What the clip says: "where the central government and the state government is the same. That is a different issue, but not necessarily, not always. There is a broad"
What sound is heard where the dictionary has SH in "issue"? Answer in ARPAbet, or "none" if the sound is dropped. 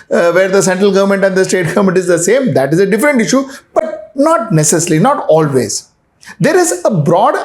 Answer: SH